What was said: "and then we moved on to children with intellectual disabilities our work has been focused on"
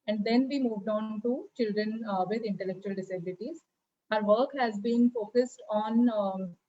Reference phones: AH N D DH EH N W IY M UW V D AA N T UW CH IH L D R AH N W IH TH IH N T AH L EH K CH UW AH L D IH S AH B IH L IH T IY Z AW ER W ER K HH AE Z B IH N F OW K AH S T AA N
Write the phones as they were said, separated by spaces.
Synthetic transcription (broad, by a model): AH N D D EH N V IY M UW V D AA N T UW CH IH L D R AH N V IH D IH N T AH L EH K CH UW AH L D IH S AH B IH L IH T IY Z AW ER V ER K HH AE Z B IH N F OW K AH S T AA N